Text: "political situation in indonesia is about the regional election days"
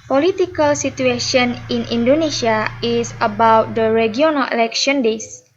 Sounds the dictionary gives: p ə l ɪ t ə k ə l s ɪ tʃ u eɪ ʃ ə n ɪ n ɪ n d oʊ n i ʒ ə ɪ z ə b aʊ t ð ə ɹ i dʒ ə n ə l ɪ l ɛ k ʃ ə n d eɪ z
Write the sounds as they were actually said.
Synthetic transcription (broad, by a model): p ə l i t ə k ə l s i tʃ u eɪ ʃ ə n ɪ n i n d oʊ n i s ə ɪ s ə b aʊ t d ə ɹ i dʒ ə n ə l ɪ l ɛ k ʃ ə n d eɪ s